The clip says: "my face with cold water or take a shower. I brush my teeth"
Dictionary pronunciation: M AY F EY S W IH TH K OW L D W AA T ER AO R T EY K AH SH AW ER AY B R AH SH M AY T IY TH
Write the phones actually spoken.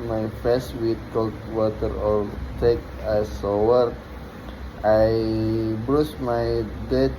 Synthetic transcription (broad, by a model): M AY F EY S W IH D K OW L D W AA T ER AO R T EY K AH S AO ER AY B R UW S M AY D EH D